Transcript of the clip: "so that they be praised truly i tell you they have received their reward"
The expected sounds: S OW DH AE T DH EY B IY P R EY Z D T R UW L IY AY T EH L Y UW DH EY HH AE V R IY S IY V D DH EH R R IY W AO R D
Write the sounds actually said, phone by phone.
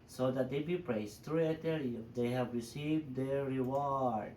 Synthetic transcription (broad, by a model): S OW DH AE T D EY B IY P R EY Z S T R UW IY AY T EH L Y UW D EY HH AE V R IY S IY V D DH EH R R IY W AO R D